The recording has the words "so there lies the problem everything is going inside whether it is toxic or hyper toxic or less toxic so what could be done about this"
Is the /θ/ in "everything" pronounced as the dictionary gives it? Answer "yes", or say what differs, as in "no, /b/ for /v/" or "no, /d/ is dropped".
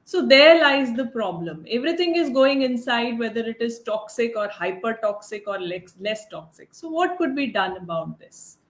no, /t/ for /θ/